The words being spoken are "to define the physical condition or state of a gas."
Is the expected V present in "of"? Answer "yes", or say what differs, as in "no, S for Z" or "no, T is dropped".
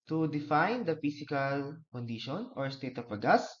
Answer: no, P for V